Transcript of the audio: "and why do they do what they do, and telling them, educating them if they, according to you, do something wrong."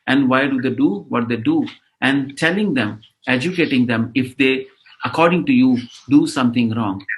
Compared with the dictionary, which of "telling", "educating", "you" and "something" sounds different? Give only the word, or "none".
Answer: something